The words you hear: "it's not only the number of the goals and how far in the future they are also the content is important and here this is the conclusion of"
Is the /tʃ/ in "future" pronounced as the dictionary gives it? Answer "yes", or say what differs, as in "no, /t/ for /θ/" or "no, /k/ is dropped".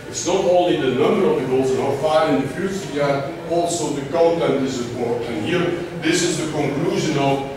no, /s/ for /tʃ/